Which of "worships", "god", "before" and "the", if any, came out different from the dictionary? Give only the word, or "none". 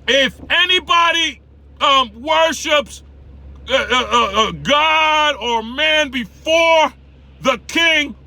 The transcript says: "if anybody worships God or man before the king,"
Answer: none